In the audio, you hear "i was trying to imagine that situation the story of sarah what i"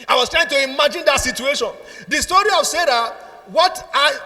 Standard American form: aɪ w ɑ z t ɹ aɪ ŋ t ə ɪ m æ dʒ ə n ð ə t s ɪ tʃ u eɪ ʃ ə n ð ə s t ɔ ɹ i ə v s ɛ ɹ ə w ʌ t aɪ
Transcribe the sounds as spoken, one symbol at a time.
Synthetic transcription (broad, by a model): aɪ w ɑ s t ɹ aɪ ŋ t ə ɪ m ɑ dʒ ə n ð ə t s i tʃ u eɪ ʃ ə n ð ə s t ɔ ɹ i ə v s ɛ ɹ ə w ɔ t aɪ